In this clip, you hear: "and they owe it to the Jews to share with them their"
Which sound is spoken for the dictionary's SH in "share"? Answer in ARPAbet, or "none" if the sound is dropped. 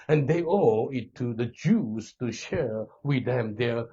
SH